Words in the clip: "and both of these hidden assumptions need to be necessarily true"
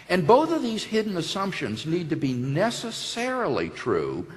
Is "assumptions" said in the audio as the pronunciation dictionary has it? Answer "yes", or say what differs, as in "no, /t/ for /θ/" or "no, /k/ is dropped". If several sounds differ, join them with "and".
yes